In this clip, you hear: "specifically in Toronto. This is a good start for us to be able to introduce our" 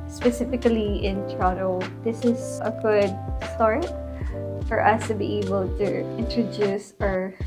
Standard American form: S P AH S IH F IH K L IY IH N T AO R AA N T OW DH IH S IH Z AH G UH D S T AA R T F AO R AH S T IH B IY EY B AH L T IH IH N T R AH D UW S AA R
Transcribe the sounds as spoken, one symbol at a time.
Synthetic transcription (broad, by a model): S P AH S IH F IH K L IY IH N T R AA T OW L IH S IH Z AH G UH D S T AA R T F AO R AH S T IH B IY EY B AH L T IH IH N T R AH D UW S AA R